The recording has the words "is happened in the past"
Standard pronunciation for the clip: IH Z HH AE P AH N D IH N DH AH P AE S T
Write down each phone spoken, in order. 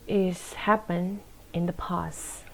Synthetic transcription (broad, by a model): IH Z HH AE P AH N IH N DH AH P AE S